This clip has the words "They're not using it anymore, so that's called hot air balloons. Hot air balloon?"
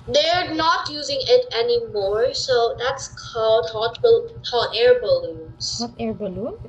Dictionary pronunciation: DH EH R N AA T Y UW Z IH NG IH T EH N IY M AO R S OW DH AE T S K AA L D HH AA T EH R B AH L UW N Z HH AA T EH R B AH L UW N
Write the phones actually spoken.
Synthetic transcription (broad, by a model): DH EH R N AA T Y UW Z IH NG IH T EH N IY M AO R S OW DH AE T S K AA L D HH AA T EH R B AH L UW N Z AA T EH R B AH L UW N